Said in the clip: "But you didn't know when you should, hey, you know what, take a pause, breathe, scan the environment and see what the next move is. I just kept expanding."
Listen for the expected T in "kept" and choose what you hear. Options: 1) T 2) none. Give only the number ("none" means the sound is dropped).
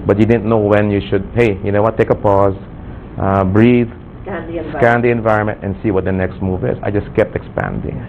1